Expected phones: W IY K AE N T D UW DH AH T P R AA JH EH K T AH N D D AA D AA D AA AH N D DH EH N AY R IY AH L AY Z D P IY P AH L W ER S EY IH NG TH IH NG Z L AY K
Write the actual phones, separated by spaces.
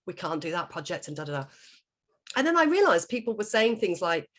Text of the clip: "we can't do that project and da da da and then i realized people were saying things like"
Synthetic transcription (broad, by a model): W IY K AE N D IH DH AH T P R AA JH EH K T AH N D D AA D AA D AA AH N DH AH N AY R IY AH L AY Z P IY P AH L W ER S EY IH NG TH IH NG Z L AY K